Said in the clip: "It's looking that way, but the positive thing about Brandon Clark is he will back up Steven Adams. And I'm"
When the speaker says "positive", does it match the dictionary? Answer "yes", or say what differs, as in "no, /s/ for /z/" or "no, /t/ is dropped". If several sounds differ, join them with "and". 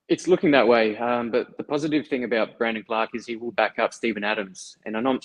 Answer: yes